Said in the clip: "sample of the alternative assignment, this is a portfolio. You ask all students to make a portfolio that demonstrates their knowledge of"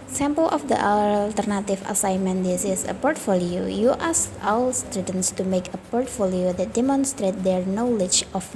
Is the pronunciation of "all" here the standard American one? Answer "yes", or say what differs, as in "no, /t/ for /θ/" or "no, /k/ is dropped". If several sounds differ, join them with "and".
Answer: no, /w/ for /l/